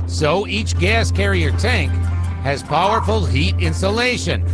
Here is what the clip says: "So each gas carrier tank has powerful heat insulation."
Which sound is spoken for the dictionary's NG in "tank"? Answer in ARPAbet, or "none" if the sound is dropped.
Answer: NG